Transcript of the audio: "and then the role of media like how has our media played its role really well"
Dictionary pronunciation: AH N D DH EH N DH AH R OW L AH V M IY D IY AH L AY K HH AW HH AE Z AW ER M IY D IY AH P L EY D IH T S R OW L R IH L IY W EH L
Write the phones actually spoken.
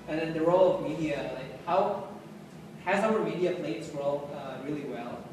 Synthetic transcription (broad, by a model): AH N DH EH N DH AH R OW L AH V M IY D IY AH L AY K HH AW HH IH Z AW ER M IY D IY AH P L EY IH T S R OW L R IH L IY W EH L